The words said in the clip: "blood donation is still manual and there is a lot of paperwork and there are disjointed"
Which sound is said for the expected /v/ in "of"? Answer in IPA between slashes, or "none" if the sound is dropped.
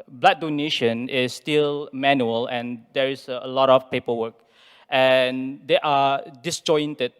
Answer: /f/